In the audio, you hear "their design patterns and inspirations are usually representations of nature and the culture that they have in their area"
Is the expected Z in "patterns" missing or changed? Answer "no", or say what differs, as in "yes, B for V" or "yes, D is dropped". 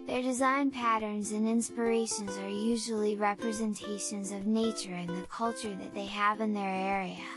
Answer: no